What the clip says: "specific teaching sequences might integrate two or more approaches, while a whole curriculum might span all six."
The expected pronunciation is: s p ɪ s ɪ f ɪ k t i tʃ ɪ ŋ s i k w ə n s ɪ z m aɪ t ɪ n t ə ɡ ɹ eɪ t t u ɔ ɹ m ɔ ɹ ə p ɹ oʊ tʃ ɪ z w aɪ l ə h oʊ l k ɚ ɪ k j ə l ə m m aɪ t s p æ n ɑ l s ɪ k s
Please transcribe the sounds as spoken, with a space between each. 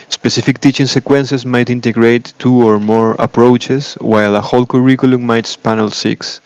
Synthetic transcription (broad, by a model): s p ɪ s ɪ f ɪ k t i tʃ ɪ ŋ s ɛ k w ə n s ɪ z m aɪ t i n t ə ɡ ɹ eɪ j t u ɔ ɹ m ɔ ɹ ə p ɹ oʊ tʃ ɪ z w aɪ l ə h oʊ l k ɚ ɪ k j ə l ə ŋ m aɪ t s p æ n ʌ l s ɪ k s